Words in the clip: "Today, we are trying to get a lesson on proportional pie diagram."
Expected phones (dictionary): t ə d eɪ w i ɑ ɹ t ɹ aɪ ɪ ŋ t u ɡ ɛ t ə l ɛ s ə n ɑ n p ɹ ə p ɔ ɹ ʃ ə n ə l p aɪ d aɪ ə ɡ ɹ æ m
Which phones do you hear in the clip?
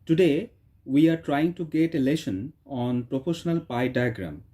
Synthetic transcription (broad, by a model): t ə d eɪ w i ɑ ɹ t ɹ aɪ ɪ ŋ t u ɡ ɛ t ə l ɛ ʃ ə n ɑ n p ɹ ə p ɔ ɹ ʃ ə n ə l p aɪ d aɪ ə ɡ ɹ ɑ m